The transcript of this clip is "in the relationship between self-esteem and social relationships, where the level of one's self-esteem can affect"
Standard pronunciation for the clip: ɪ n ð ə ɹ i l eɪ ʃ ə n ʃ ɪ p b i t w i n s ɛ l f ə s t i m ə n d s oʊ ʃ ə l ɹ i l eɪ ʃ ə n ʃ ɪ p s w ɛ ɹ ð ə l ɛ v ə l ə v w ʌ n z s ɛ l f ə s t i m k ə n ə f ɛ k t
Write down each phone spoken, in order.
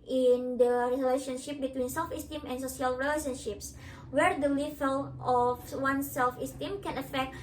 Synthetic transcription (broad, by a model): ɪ n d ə ɹ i l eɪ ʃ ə n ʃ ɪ p b i t w i n s ɛ l f ə s t i m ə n s oʊ s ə l ɹ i l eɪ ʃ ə n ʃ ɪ p s w ɛ ɹ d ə l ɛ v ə l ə f w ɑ n s ɛ l f ə s t i m k ə n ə f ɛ k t